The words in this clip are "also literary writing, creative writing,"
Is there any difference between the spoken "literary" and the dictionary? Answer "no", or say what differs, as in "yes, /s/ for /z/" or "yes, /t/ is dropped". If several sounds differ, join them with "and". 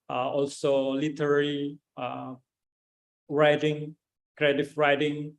yes, /l/ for /ɹ/